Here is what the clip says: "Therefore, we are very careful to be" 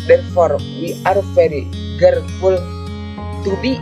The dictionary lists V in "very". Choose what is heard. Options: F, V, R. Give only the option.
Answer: F